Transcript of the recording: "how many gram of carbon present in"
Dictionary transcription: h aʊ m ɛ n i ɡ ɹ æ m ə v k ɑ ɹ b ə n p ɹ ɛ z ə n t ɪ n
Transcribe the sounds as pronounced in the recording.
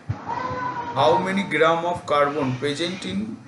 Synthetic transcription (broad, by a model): h aʊ m ɛ n i ɡ ɹ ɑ m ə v k ɑ ɹ b ə n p ɛ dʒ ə n t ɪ n